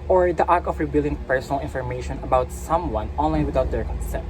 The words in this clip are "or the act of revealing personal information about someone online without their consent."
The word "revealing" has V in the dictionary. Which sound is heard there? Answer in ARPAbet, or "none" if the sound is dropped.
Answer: B